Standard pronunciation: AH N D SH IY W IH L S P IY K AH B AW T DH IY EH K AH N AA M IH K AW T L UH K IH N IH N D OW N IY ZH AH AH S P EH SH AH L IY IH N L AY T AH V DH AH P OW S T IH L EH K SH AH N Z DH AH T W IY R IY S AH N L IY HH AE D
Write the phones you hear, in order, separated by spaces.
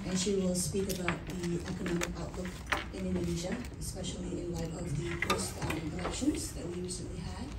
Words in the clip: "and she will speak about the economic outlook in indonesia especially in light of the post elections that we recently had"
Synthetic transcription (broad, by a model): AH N SH IY W IH L S P IY K AH B AW T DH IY EH K AH N AA M IH K AW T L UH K IH N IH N D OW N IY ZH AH AH S P EH SH AH L IY IH N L AY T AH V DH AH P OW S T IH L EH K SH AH N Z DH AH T W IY IY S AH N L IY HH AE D